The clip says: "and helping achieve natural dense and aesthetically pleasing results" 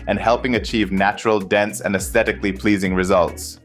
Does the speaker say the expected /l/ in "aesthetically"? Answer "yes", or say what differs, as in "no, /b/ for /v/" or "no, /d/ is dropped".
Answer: yes